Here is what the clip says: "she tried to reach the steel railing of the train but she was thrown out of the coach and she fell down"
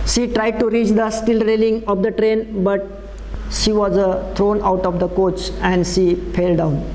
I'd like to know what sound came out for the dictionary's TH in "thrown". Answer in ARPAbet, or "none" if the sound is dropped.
T